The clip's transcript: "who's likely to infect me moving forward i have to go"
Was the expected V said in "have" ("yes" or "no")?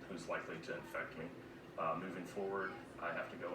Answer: no